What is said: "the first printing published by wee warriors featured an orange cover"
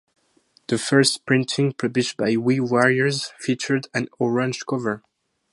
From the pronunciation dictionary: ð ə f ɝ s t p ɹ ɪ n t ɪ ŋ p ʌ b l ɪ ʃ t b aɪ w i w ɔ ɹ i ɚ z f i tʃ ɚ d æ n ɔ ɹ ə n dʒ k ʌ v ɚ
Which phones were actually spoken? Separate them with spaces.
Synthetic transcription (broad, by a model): ð ə f ɝ s t p ɹ ɪ n t ɪ ŋ p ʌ b l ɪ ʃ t b aɪ w i w ɔ ɹ i ɚ z f i tʃ ɚ d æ n ɔ ɹ ə n dʒ k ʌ v ɚ